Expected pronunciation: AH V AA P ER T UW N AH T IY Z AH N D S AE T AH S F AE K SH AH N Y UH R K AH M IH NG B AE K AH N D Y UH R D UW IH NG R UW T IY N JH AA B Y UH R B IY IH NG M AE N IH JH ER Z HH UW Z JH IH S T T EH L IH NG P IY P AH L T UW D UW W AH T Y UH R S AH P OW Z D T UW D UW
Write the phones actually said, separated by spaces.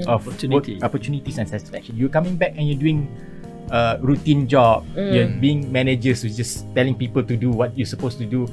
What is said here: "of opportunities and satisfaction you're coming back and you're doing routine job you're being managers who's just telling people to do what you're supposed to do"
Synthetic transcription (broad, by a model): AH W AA P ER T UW N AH T IY S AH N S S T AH F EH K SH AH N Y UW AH K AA M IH NG B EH K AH N Y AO D UW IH NG R UW T IY N JH AA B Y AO B IY IH NG M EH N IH JH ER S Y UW JH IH S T T EH L IH NG P IY P AH L T UW D UW W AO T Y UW S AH P OW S T UW D UW